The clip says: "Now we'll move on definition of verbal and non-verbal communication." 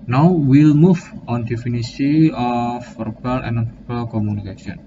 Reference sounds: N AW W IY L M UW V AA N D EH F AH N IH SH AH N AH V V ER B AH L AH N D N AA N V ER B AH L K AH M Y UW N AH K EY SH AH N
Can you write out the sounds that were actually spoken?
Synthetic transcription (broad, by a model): N AW W IY L M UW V AA N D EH F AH N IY S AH AH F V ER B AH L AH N N AA N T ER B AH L K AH M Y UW N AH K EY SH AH N